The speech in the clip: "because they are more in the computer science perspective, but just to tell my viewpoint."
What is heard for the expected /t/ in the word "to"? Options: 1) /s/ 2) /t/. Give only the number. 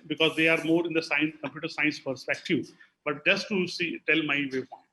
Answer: 1